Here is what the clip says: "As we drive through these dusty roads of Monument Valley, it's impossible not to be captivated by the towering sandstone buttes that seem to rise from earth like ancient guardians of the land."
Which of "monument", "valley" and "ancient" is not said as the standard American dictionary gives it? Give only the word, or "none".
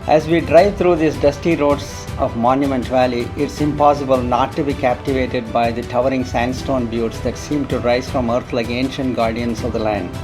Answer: none